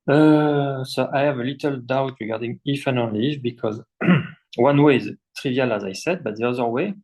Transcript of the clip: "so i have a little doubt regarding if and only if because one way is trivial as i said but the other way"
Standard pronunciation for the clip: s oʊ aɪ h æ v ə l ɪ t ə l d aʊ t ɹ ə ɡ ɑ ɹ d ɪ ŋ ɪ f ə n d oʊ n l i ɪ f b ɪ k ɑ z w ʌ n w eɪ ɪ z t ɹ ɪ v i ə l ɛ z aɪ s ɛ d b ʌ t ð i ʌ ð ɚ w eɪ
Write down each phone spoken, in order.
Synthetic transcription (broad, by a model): s oʊ aɪ h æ v ə l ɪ t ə l d aʊ t ɹ ə ɡ ɑ ɹ d ɪ ŋ ɪ f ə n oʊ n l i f b ɪ k ɑ z w ʌ n w eɪ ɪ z t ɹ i v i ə l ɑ z aɪ s ɛ d b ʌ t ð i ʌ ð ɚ w eɪ